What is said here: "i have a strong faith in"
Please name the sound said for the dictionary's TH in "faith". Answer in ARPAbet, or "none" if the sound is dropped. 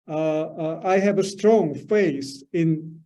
S